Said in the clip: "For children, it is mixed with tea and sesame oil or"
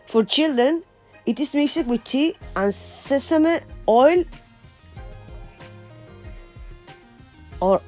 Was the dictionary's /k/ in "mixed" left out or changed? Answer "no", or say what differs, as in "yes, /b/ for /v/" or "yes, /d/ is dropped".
yes, /k/ is dropped